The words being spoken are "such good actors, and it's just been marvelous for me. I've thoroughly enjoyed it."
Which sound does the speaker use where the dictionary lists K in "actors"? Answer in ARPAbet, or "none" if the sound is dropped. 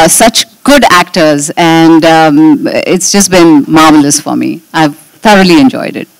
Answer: K